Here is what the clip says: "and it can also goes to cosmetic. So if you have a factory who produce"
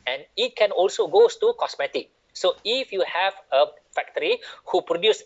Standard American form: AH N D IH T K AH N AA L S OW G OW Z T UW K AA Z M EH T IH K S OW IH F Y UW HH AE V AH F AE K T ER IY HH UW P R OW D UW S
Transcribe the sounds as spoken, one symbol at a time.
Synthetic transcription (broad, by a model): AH N IH T K AH N AA L S OW G OW S T UW K AA S M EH T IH K S OW IH F Y UW HH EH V AH F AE K T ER IY HH UW P R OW D UW S